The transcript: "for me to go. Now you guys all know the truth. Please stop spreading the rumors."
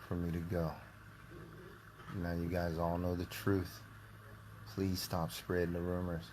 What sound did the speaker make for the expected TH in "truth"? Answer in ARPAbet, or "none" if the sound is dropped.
TH